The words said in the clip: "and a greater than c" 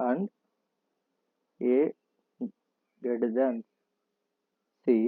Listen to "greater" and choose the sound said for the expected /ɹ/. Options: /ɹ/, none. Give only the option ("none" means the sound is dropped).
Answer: none